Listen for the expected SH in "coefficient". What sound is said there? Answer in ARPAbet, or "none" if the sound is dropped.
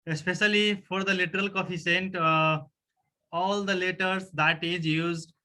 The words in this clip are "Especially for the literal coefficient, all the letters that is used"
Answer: S